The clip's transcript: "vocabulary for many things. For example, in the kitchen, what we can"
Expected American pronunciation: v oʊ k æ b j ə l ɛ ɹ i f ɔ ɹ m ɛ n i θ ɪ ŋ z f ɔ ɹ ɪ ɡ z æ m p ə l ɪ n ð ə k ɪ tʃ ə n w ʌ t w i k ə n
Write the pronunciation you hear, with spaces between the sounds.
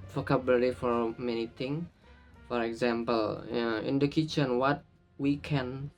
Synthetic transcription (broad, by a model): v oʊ k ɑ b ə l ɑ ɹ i f ɔ ɹ m ɛ n i t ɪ ŋ f ɔ ɹ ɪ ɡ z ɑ m p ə l ɪ n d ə k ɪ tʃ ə n w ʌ t w i k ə n